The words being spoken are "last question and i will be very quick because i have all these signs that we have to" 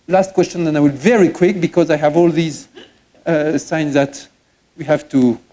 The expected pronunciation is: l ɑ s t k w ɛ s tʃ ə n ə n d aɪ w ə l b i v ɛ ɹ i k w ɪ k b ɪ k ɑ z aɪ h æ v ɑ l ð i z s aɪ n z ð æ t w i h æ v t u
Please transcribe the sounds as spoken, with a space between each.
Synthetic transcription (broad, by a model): l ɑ s t k w ɛ s tʃ ə n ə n aɪ w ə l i v ɛ ɹ i k w ɪ k b ɪ k ɑ z aɪ h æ v ɑ l ð i z s aɪ n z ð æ t w i h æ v t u